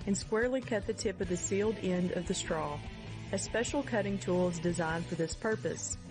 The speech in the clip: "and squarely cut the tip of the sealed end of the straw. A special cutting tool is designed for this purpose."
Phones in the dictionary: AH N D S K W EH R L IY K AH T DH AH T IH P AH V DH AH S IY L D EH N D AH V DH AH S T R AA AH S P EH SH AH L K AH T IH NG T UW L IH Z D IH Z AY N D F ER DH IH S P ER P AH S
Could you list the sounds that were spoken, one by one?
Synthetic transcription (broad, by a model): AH N S K W EH R L IY K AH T DH AH T IH P AH V DH AH S IY L D EH N D AH V DH AH S T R AA AH S P EH SH L K AH T IH NG T UW L Z D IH Z AY N F ER DH IH S P ER P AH S